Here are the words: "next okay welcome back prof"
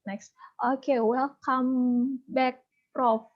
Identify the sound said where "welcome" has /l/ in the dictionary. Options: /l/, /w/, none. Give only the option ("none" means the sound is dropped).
none